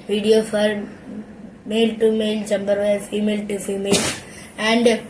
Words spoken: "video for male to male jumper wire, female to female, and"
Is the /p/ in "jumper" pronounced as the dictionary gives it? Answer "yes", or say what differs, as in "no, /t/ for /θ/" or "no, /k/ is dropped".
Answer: no, /b/ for /p/